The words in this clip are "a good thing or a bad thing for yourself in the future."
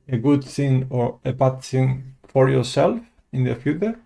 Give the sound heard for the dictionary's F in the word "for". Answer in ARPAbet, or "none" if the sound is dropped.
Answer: F